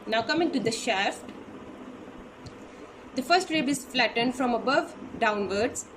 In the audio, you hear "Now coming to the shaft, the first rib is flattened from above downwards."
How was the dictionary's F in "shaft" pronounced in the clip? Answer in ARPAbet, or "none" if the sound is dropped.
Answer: F